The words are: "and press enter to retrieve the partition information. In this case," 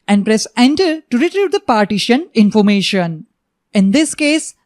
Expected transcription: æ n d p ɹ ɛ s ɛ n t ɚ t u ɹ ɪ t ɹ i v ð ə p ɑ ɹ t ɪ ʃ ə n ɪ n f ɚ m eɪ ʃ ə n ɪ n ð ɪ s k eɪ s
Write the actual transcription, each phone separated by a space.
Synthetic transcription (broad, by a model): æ n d p ɹ ɛ s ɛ n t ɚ t u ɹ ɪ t ɹ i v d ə p ɑ ɹ t ɪ ʃ ə n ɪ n f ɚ m eɪ ʃ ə n ɪ n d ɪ s k eɪ s